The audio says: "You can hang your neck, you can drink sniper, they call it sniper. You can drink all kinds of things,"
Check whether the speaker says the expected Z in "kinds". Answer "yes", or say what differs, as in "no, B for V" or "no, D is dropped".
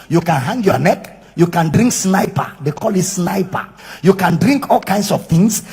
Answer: no, S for Z